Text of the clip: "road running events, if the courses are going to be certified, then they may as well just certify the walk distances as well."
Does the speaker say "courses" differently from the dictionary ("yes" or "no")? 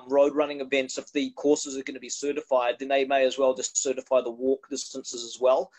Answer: no